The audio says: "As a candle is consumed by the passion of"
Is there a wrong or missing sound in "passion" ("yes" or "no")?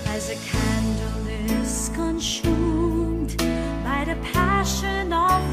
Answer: no